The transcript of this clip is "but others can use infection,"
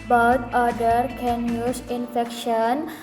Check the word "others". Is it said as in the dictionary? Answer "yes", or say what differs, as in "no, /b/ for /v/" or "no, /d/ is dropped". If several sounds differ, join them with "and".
no, /z/ is dropped